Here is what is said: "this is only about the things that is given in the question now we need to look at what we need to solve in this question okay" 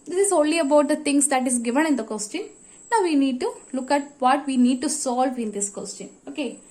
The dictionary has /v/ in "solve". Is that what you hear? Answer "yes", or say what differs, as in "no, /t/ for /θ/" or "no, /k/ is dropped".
yes